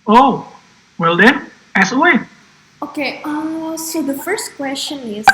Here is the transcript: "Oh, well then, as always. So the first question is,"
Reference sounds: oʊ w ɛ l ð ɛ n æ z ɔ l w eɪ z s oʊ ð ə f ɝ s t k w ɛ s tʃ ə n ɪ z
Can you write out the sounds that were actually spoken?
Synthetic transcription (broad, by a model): oʊ w ɛ l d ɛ n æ s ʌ w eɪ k s oʊ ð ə f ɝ s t k w ɛ s tʃ ə n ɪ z